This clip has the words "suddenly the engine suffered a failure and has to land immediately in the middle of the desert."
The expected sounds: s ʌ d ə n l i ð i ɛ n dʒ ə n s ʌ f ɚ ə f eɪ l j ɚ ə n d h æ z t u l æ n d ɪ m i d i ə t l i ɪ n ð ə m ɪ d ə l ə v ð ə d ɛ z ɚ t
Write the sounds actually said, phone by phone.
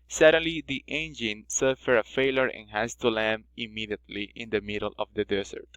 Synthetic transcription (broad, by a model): s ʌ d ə n l i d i ɛ n dʒ ə n s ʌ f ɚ ə f eɪ l j ɚ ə n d h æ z t u l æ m ɪ m i d i ə t l i ɪ n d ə m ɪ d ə l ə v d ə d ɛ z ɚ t